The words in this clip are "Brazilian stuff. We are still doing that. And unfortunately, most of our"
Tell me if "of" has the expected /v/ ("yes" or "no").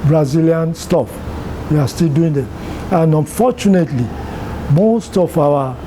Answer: no